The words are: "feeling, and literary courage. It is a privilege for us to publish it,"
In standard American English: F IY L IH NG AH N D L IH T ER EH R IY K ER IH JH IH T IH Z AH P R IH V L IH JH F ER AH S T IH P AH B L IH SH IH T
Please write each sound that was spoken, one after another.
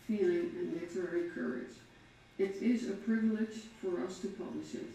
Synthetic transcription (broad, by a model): F IY L IH NG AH N L IH T ER EH R IY K ER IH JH IH T IH Z AH P R IH V L IH JH F ER AH S T IH P AH B L IH SH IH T